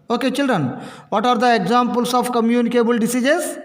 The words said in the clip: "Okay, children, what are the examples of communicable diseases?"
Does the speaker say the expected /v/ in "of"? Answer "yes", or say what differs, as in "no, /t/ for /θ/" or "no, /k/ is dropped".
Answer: no, /p/ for /v/